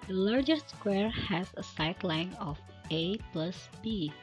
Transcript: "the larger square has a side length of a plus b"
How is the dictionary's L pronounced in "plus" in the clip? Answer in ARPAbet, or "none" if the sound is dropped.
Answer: L